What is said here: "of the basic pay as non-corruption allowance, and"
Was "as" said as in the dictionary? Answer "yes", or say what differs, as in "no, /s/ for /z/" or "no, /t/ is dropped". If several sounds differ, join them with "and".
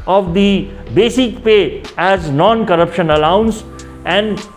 yes